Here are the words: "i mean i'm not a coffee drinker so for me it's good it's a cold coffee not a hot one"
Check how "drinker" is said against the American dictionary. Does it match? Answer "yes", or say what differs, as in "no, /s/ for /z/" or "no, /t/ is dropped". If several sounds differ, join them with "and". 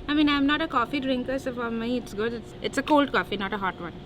yes